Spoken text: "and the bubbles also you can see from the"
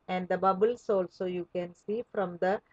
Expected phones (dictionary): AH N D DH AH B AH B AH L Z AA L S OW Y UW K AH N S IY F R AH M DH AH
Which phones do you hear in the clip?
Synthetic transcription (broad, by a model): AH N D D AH B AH B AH L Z AA L S OW Y UW K AH N S IY F R AH M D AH